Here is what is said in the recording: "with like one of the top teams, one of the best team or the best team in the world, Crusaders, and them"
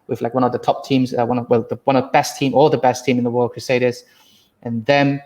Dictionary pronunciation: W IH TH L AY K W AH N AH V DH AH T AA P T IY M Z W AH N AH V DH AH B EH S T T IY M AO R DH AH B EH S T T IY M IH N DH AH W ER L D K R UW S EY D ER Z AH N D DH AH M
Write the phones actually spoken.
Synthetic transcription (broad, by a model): W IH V L AY K W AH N AH V DH AH T AA P T IY M Z W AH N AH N DH AH B EH S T T IY M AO L DH AH B EH S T T IY M IH N DH AH W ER L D K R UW S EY D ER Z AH N DH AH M